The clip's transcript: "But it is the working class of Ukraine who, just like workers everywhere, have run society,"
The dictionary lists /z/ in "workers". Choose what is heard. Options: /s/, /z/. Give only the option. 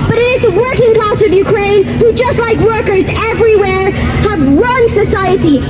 /z/